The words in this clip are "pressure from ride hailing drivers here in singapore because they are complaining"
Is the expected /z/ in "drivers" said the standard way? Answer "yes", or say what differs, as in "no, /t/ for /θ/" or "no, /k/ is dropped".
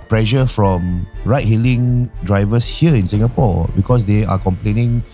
no, /s/ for /z/